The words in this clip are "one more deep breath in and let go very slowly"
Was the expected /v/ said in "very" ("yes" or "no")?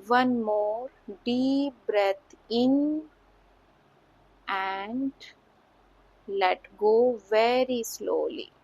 yes